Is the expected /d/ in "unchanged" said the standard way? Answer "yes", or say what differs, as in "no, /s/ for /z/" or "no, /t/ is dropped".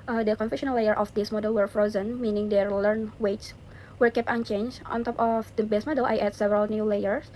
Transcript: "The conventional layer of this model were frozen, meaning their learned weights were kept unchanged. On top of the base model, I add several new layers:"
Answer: no, /d/ is dropped